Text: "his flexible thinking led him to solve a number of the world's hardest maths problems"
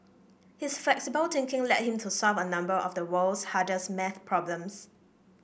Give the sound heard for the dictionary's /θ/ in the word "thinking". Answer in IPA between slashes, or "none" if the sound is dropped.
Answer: /t/